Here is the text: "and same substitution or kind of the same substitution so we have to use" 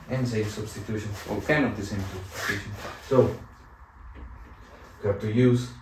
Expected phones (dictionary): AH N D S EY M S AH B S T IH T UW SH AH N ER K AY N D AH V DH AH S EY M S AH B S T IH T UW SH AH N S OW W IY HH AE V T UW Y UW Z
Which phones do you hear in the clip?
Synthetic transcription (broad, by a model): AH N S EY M S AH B S T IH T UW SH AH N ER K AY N AH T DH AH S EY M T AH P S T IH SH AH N S OW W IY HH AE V T UW Y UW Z